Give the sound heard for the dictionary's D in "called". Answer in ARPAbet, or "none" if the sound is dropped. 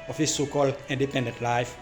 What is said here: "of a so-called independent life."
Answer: none